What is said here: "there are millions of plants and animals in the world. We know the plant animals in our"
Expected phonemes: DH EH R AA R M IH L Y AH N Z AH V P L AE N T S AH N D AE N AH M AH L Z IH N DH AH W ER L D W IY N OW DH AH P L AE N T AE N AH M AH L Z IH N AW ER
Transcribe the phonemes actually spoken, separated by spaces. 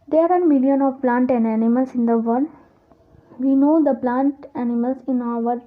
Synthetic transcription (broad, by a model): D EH R AA R M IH L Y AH N AH V P L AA N T AH N D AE N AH M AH L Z IH N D AH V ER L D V IY N OW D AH P L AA N T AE N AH M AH L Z IH N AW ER